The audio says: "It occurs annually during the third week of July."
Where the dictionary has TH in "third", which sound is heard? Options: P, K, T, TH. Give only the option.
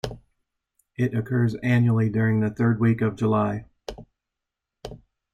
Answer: TH